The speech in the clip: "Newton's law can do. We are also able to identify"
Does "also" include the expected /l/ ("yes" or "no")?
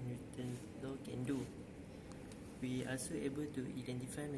no